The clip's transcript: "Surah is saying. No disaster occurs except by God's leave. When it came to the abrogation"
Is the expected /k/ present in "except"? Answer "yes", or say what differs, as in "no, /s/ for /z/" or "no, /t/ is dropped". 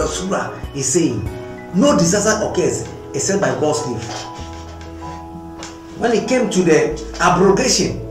no, /k/ is dropped